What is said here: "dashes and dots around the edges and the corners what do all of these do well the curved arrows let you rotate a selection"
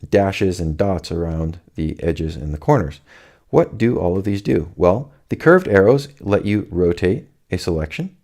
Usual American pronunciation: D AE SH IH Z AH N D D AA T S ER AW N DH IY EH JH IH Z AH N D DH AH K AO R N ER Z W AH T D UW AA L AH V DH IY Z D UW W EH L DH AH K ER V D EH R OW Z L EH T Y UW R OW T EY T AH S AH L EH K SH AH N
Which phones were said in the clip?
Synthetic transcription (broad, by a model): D AE SH IH Z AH N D D AA T S ER AW N DH IY EH JH IH Z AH N DH AH K AO R N ER Z W AH T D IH AA L AH V DH IY Z D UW W EH L DH AH K ER V D EH R OW Z L EH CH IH R OW T EY T AH S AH L EH K SH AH N